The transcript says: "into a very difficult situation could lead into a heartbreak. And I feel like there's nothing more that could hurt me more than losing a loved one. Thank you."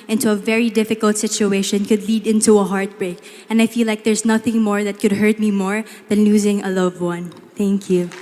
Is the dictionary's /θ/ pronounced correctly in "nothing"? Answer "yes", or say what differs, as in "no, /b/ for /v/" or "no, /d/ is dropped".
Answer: yes